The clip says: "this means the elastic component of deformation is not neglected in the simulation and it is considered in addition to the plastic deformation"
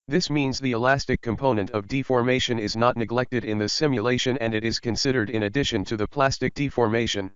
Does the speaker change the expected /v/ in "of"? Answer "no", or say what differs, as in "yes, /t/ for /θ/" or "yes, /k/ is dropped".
no